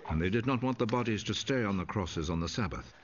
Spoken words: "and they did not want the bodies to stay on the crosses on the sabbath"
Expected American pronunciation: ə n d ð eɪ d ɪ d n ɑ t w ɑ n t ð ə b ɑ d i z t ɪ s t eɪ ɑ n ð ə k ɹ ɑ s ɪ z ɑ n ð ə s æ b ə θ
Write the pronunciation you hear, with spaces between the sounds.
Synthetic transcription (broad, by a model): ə n ð eɪ d ɪ d n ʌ t w ɑ n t ð ə b ɑ d i z t ɪ s t eɪ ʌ n ð ə k ɹ ɑ s ɪ z n ð ə s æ b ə θ